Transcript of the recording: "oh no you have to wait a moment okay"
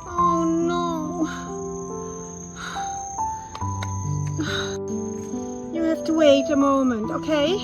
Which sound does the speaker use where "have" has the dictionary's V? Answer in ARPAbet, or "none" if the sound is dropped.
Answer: F